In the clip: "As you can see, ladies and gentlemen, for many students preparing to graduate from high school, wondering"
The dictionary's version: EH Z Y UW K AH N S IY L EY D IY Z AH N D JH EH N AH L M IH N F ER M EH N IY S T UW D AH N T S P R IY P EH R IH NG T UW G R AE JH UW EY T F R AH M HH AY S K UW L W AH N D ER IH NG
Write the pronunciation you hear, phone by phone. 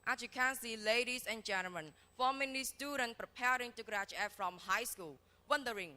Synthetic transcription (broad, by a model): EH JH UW K AH N S IY L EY D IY S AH N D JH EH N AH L M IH N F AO M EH N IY S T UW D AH N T P R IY P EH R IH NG T UW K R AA CH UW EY F R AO M HH AY S K UW L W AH N D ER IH NG